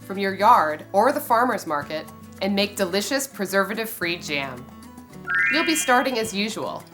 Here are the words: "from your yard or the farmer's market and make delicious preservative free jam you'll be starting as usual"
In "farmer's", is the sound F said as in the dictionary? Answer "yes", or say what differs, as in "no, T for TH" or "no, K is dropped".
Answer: yes